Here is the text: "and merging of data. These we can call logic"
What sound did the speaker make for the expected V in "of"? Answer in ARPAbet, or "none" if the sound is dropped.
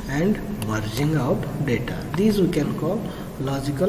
P